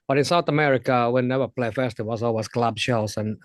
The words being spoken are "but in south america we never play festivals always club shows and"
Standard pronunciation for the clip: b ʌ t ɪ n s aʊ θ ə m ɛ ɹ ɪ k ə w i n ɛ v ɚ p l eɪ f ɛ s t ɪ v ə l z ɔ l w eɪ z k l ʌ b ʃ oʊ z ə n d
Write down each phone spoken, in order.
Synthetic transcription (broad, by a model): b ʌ t ɪ n s aʊ θ ə m ɛ ɹ ɪ k ə w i n ɛ v ɚ p l eɪ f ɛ s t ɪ w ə z ɔ l w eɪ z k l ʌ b ʃ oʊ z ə n